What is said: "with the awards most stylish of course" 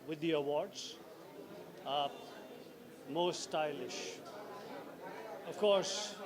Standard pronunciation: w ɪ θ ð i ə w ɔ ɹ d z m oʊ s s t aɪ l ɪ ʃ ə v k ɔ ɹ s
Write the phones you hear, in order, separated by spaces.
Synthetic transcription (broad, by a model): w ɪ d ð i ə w ɔ ɹ d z m oʊ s s t aɪ l ɪ ʃ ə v k ɔ ɹ s